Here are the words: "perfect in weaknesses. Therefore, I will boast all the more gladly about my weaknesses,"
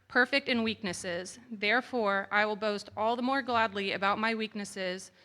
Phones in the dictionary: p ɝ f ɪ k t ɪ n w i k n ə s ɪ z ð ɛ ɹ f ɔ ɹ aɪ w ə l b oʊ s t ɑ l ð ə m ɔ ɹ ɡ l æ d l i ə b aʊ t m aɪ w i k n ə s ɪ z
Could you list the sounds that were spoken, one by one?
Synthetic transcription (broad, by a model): p ɝ f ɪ k t ɪ n w i k n ə s ɪ z ð ɛ ɹ f ɔ ɹ aɪ w ə l b oʊ s t ɑ l ð ə m ɔ ɹ ɡ l æ d l i ə b aʊ t m aɪ w i k n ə s ɪ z